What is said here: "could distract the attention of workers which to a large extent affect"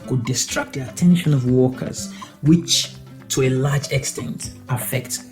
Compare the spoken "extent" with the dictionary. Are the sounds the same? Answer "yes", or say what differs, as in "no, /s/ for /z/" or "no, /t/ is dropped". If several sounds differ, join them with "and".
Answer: yes